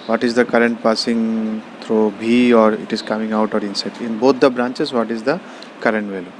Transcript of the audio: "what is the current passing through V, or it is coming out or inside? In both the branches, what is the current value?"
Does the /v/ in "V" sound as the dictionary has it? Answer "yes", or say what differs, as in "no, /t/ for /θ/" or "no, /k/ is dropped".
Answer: no, /b/ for /v/